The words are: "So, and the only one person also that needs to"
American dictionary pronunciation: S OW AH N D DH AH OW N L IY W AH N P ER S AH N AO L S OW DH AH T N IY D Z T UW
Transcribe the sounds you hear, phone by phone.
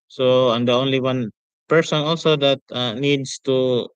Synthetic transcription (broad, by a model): S OW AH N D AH OW N L IY W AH N P ER S AH N AO L S OW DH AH T N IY D S T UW